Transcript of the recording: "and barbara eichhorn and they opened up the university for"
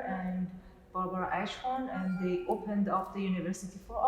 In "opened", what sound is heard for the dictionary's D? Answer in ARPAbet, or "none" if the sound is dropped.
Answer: D